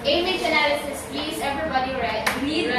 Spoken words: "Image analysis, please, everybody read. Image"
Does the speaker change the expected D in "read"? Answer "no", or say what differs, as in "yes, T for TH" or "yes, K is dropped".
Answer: yes, D is dropped